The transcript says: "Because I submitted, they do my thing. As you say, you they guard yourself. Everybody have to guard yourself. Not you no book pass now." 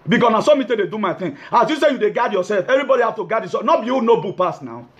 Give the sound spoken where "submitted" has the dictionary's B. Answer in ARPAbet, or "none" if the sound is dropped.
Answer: none